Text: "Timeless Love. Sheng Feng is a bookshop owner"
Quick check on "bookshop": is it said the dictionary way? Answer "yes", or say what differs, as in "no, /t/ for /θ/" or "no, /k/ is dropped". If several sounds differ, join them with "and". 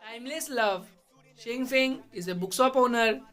no, /s/ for /ʃ/